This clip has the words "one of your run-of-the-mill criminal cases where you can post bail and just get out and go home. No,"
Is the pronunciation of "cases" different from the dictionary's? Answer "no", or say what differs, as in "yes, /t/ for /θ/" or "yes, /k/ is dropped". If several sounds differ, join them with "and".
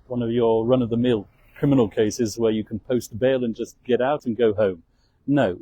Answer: no